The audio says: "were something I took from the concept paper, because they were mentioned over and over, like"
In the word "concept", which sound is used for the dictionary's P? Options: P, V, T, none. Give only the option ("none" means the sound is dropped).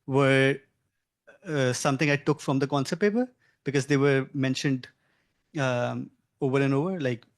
none